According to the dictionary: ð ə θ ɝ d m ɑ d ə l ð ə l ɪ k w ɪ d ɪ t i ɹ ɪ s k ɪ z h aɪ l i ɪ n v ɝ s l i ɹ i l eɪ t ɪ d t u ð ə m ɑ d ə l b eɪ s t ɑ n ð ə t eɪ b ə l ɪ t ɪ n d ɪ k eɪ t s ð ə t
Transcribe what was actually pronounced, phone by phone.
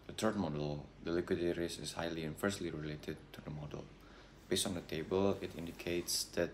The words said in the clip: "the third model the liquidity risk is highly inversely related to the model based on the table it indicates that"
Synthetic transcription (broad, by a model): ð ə t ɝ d m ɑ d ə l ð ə l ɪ k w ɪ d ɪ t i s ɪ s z h aɪ l i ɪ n f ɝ s l i ɹ i l eɪ t ɪ d t u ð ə m ɑ d ə l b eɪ s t ɑ n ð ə t eɪ b ə l ɪ t ɪ n d ɪ k eɪ t s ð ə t